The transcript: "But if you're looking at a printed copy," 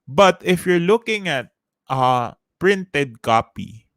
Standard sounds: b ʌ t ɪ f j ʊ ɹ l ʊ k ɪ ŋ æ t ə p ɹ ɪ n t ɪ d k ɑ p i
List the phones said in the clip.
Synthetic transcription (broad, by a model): b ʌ t ɪ f j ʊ ɹ l ʊ k ɪ ŋ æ t ə p ɹ ɪ n t ɪ d k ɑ p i